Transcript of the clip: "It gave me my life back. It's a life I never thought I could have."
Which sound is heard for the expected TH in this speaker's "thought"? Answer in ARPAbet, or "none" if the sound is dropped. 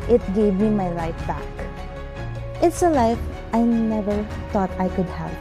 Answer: T